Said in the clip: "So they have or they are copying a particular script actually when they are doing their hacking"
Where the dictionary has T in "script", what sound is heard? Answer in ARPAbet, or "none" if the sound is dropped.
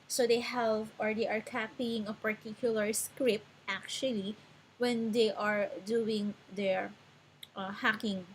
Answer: T